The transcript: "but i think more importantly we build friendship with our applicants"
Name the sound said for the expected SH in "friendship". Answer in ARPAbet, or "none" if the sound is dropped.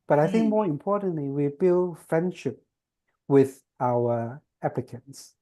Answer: SH